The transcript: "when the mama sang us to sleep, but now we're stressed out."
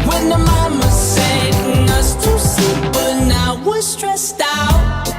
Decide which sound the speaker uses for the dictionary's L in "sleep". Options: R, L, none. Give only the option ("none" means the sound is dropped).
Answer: none